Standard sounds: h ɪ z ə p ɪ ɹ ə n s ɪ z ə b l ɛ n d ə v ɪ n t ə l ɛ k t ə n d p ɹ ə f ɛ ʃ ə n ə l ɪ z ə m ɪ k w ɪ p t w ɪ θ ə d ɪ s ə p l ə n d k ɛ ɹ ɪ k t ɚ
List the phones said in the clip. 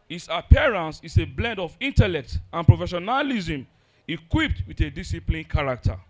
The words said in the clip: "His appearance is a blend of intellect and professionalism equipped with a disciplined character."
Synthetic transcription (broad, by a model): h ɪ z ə p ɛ ɹ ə n s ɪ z ə b l ɛ n d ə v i n t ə l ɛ k t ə n p ɹ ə f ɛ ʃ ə n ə l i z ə m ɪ k w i p t w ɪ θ ə d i s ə p l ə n k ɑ ɹ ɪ k t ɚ